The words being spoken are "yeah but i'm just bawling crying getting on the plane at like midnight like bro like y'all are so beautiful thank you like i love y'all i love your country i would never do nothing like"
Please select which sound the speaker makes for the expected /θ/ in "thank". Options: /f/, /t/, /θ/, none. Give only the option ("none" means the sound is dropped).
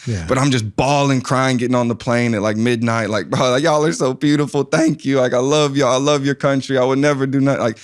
/θ/